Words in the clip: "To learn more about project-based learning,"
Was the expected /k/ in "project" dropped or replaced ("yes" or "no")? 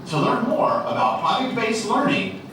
yes